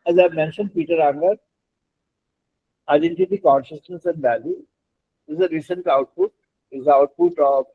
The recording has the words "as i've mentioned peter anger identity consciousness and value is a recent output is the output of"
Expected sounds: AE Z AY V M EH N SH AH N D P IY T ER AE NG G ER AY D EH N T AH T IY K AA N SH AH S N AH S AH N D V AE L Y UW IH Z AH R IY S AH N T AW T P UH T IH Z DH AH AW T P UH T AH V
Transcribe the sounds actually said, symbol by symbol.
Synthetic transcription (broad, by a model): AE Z AY V M EH N SH AH N D P IY T ER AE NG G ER AY D EH N T AH T IY K AA N SH AH S N AH S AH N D V AE L Y UW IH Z AH R IY S AH N T AW T P UH T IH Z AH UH T P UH T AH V